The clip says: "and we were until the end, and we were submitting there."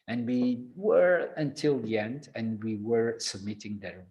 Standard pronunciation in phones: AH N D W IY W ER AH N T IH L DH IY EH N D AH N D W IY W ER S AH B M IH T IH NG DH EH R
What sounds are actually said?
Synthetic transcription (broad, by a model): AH N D W IY W ER AH N T IH L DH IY EH N D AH N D W IY W ER S AH B M IH T IH NG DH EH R